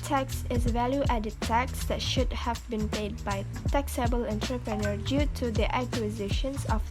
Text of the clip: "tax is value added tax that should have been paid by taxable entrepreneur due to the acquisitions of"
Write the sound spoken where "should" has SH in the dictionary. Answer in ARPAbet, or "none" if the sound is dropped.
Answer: SH